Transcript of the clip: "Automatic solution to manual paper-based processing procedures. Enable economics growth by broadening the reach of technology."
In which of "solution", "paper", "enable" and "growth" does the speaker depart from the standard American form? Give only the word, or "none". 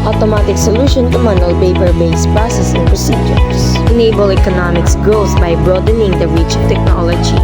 growth